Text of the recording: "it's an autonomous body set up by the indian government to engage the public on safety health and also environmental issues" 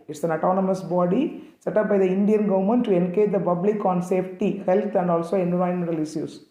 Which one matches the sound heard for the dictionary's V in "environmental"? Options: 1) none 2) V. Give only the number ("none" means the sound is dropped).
1